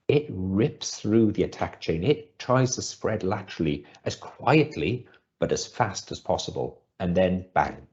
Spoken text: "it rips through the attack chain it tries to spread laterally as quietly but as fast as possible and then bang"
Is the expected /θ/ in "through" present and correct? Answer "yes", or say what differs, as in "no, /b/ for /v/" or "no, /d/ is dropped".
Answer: yes